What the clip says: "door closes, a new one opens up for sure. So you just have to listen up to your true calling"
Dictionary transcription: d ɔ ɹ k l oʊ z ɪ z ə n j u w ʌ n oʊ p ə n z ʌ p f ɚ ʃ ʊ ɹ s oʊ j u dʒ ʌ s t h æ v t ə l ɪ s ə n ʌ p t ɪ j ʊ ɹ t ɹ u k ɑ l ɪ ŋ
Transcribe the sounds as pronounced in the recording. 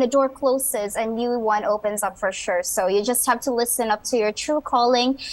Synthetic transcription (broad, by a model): d ɔ ɹ k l oʊ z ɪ z ə n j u w ʌ n oʊ p ə n z ʌ p f ɚ ʃ ʊ ɹ s oʊ j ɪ dʒ ʌ s t h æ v t ə l ɪ s ə n ʌ p t ɪ j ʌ ɹ t ɹ u k ɑ l ɪ ŋ